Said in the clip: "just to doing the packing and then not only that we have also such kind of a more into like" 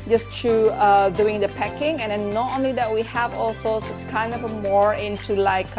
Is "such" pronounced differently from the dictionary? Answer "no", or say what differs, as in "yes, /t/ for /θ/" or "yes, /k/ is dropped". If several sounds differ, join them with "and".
yes, /s/ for /tʃ/